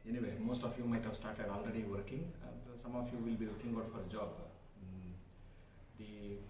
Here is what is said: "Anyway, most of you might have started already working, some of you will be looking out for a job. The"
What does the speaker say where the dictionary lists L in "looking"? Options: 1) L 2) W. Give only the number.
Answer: 2